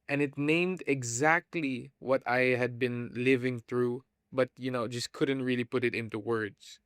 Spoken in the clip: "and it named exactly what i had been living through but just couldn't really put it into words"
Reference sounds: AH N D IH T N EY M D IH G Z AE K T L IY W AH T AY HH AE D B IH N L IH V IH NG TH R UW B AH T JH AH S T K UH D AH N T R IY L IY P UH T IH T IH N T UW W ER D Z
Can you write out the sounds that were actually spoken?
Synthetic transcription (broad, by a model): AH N IH T N EY M D IH G Z AE K T L IY W AH T AY HH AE D B IH N L IH V IH NG TH R UW B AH T JH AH S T K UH D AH N T R IY L IY P UH T IH T IH N T UW W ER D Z